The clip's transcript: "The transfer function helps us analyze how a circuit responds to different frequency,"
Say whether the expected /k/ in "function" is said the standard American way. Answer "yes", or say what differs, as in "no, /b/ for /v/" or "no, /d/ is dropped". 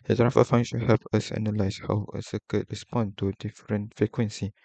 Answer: no, /k/ is dropped